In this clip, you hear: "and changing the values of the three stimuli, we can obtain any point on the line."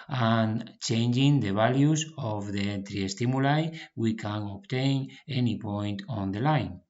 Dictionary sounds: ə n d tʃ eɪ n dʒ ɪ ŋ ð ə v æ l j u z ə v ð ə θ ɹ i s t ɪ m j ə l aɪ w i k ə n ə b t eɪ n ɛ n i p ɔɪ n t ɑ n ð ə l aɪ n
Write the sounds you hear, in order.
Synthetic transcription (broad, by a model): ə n tʃ eɪ n dʒ ɪ ŋ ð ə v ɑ l j u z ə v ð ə t ɹ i s t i m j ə l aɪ w i k ə n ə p t eɪ n ɛ n i p ɔɪ n t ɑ n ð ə l aɪ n